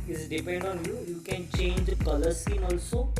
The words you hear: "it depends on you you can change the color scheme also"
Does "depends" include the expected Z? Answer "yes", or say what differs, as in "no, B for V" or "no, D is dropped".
no, Z is dropped